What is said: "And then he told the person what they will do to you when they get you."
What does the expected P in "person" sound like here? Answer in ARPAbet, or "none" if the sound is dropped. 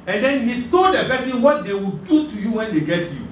B